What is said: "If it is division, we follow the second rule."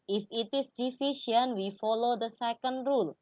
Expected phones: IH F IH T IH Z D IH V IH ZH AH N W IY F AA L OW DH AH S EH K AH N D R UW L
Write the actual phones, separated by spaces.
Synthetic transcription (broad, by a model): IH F IH T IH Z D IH F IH SH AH N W IY F AA L OW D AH S EH K AH N D R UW L